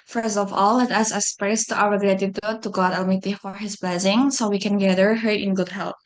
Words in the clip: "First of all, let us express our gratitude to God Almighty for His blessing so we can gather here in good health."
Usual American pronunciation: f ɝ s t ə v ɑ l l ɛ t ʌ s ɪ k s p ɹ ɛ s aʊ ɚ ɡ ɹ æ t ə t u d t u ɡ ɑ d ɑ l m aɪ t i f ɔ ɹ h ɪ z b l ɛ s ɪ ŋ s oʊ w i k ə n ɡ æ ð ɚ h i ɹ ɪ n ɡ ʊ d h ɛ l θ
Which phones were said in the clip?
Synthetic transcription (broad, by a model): f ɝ s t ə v ɑ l l ɛ t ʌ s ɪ s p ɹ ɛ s aʊ ɚ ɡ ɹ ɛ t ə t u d t u ɡ ɑ d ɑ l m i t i f ɔ ɹ h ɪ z b l ɛ s ɪ ŋ s oʊ w i k ə n ɡ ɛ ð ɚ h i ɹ ɪ n ɡ ʊ d h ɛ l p